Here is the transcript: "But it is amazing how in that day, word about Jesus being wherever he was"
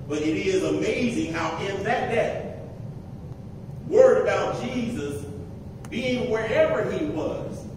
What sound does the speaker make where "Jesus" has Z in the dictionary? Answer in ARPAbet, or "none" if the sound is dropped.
Z